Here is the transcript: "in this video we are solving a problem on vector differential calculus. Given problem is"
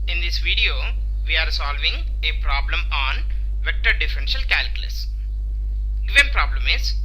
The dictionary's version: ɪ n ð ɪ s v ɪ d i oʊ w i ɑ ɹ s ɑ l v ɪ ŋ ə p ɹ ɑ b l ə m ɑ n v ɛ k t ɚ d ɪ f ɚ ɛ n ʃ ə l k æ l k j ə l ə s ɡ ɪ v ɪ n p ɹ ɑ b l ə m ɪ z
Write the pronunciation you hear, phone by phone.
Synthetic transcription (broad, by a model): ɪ n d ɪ s v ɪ d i oʊ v i ɑ ɹ s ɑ l v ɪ ŋ ə p ɹ ɑ b l ə m ɑ n v ɛ k t ɚ d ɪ f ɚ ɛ n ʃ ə l k æ l k j ə l ə s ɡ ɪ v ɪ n p ɹ ɑ b l ə m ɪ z